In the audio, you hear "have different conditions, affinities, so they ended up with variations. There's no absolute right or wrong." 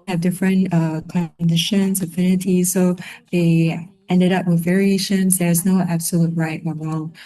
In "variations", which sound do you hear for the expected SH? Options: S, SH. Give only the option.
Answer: SH